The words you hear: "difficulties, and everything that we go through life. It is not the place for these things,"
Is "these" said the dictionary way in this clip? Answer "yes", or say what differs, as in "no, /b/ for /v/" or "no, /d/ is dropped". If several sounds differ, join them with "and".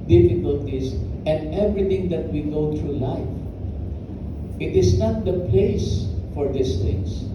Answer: no, /s/ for /z/